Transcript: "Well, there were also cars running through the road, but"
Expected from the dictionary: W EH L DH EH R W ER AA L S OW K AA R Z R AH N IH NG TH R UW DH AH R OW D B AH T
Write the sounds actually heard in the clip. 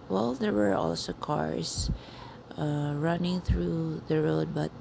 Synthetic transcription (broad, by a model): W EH L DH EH R W ER AA L S OW K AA R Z R AH N IH NG TH R UW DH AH R OW D B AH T